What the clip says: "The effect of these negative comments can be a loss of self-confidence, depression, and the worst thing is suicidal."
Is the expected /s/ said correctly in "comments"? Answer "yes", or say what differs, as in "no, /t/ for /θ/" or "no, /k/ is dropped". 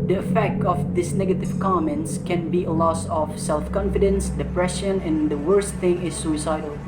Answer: yes